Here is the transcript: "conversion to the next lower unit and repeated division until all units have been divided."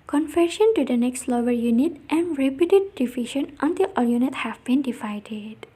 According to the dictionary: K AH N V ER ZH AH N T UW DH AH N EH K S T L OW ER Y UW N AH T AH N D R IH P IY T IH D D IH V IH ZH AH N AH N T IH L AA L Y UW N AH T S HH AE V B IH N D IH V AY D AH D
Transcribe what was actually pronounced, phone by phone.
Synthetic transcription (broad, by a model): K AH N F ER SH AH N T UW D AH N EH K S T L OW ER Y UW N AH T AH N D R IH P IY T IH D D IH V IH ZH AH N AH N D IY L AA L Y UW N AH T HH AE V B IH N D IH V AY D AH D